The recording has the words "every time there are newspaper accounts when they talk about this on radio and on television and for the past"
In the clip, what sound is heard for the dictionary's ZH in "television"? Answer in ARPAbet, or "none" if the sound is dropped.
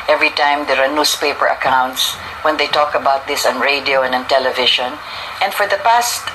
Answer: SH